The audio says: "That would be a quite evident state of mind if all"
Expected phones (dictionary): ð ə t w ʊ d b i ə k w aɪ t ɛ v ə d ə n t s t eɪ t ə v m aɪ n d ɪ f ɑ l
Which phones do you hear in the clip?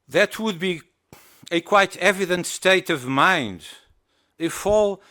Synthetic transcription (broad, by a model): ð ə t w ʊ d b i ə k w aɪ t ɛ v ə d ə n t s t eɪ t ə v m aɪ n d ɪ f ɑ l